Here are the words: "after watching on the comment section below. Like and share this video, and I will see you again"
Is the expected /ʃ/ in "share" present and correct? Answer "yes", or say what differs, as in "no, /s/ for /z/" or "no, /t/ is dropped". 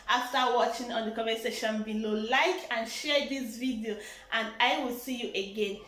yes